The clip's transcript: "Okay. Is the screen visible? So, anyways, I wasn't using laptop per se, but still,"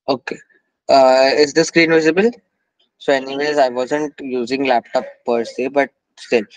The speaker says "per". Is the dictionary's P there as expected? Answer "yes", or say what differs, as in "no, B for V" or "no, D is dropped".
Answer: yes